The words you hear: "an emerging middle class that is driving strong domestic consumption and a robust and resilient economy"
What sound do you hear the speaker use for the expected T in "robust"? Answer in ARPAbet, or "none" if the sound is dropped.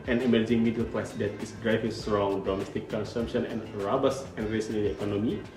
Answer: none